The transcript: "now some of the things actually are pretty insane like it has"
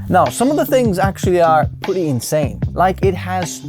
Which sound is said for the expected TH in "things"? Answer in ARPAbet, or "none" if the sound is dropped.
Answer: TH